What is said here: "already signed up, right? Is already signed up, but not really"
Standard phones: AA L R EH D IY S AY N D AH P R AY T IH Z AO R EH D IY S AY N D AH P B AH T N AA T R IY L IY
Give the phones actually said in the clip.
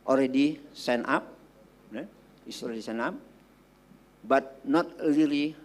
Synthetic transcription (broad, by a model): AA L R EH D IY S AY N AA P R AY IH S AO R EH D IY S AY N AA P B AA T N AA T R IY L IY